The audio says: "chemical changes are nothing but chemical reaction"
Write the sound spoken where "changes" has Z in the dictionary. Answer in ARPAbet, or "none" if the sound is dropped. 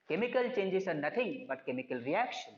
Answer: S